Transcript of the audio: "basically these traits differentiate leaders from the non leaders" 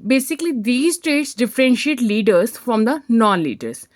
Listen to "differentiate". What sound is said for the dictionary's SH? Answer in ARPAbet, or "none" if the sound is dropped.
SH